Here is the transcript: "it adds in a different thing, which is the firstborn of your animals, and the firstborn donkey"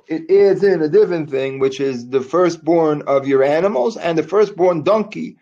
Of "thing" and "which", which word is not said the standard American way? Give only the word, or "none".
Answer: none